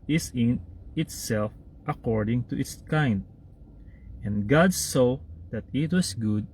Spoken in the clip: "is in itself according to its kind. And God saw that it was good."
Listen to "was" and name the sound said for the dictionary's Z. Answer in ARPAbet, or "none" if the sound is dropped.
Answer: S